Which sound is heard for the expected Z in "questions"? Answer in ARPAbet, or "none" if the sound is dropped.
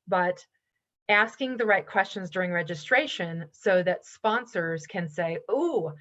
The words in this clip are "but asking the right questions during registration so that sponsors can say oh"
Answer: Z